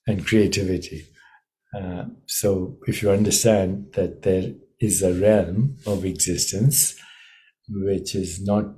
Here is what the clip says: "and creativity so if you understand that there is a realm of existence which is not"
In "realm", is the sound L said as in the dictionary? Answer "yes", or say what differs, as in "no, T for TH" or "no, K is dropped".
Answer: yes